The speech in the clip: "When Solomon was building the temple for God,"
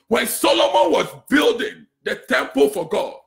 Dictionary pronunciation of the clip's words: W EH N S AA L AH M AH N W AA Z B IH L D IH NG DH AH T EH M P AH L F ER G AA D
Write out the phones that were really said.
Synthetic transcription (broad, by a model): W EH N S AA L AH M AH N W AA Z B IH L D IH NG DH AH T EH M P AH L F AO G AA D